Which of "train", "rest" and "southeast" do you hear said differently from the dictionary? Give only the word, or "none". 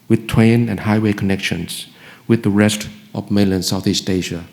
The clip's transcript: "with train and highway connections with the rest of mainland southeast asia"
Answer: train